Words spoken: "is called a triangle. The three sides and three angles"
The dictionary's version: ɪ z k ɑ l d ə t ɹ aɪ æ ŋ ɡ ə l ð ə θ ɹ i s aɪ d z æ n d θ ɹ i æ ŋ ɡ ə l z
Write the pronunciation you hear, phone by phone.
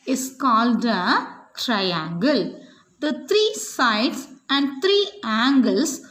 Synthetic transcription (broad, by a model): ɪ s k ɑ l d ə t ɹ aɪ æ ŋ ɡ ə l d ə t ɹ i s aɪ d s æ n d t ɹ i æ ŋ ɡ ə l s